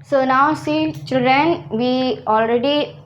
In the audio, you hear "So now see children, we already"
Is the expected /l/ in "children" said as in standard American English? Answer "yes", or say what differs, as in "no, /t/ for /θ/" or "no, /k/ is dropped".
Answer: yes